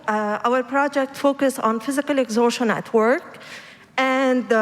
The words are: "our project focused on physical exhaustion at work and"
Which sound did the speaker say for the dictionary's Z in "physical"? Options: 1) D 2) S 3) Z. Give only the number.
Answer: 3